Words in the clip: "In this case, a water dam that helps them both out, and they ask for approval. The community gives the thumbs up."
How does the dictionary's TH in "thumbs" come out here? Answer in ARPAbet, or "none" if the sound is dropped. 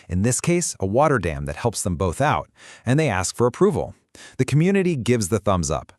TH